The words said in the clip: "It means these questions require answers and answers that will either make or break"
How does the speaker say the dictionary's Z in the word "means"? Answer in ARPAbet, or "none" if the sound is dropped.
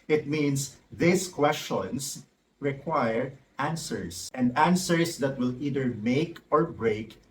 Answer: S